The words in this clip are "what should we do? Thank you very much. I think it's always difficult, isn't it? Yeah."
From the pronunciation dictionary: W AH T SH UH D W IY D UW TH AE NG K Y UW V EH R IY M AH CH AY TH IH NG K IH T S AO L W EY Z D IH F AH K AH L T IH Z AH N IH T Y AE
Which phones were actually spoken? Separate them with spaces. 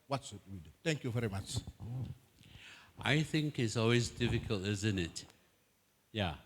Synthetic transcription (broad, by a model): W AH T S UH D W IY D UW T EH NG K Y UW V EH R IY M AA CH AY TH IH NG K IH T S AO L W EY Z D IH F AH K AH L T IH Z AH N IH T Y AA